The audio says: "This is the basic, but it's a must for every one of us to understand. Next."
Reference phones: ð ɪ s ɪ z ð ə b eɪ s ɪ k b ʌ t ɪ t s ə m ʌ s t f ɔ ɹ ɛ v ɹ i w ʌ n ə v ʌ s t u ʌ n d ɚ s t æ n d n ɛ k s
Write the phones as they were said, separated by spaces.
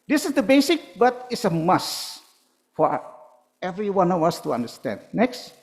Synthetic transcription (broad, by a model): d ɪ s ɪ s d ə b eɪ s ɪ k b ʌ t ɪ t s ə m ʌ s f ɔ ɹ ɛ v ɹ i w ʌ n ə w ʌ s t u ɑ n d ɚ s t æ n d n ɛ k s